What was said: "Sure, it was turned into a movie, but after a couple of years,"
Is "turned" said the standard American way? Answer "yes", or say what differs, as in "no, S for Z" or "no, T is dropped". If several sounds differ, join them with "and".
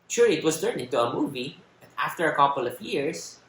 no, D is dropped